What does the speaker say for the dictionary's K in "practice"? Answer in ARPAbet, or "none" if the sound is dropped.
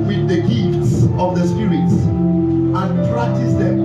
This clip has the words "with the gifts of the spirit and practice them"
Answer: none